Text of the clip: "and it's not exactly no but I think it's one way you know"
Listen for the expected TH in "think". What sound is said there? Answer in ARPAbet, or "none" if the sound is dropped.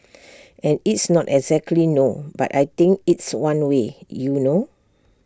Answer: T